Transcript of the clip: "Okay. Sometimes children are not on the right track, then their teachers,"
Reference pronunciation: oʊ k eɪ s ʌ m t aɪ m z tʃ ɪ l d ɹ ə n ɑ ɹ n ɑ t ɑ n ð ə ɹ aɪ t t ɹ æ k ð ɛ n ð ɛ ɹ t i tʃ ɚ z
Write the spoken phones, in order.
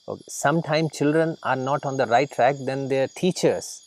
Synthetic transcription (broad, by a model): oʊ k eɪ s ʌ m t aɪ m tʃ ɪ l d ɹ ə n ɑ ɹ n ɑ t ɑ n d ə ɹ aɪ t t ɹ æ k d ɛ n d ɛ ɹ t i tʃ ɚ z